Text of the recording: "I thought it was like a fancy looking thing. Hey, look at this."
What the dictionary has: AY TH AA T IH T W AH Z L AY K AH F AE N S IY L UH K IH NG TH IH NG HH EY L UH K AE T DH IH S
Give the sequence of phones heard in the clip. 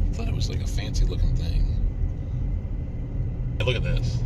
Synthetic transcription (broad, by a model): TH AA T IH T W AH Z L AY K AH F AE N S IY L UH K IH NG TH IH NG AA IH L UH K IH T DH IH S